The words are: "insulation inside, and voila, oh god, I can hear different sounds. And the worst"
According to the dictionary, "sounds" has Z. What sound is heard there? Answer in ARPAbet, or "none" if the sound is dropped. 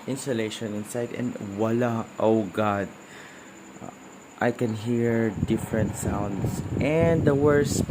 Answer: S